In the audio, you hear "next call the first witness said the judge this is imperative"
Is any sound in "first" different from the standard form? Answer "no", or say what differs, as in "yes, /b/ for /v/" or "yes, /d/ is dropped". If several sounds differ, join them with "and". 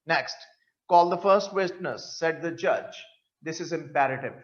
no